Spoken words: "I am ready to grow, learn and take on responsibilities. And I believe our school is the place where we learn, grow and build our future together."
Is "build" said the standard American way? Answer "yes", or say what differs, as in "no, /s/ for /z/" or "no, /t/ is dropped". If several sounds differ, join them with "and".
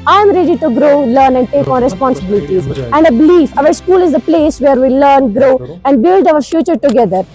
yes